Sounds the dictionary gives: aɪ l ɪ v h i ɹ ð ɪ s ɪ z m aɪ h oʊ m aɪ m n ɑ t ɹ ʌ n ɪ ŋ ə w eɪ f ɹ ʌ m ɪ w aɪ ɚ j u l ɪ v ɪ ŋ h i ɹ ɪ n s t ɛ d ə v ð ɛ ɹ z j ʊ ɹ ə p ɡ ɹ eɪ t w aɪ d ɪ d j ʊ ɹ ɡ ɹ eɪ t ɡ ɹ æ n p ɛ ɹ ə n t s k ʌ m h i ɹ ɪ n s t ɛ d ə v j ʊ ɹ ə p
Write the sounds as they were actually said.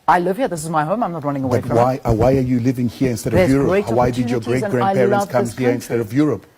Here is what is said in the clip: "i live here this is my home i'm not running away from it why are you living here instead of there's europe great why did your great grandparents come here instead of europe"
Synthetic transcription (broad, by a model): aɪ l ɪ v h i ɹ ð ɪ s ɪ z m aɪ h oʊ m aɪ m n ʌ t ɹ ʌ n ɪ ŋ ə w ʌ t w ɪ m ɪ w aɪ ɚ j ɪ l ɪ v ɪ ŋ h i ɹ ɪ n s t ɛ d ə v j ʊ ɹ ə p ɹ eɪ w aɪ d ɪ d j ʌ ɹ ɡ ɹ eɪ t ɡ ɹ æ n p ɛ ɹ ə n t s k ʌ m h i ɹ ɪ n s t ɛ d ə v j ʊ ɹ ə p